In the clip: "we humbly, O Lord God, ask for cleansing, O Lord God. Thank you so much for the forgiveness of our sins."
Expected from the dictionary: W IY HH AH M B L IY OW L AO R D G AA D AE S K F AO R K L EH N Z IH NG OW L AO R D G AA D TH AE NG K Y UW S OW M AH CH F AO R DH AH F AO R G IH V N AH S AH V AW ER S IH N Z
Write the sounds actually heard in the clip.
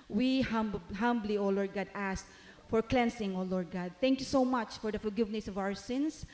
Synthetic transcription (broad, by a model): W IY HH AH M B L IY OW L AO R D G AA D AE S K F AO R K L EH N S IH NG OW L AO R D G AA D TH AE NG K Y UW S OW M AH CH F AO R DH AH F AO L G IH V N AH S AH V AW ER S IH N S